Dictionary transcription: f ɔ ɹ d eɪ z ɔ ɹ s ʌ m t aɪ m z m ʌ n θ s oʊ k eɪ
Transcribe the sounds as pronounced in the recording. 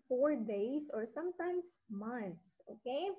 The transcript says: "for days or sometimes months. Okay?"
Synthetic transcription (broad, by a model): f ɔ ɹ d eɪ s ɔ ɹ s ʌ m t aɪ m s m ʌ n t s oʊ k eɪ